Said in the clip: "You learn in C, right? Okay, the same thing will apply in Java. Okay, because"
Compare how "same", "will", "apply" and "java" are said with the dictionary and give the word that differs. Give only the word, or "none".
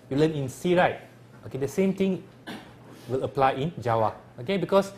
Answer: java